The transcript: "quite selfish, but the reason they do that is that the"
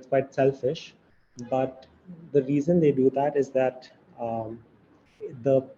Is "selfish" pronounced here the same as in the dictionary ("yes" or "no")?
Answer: yes